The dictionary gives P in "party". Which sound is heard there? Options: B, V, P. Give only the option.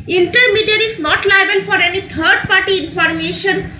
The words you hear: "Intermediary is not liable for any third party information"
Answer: P